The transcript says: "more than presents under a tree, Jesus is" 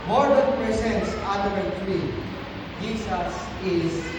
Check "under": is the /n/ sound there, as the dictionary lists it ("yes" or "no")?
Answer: no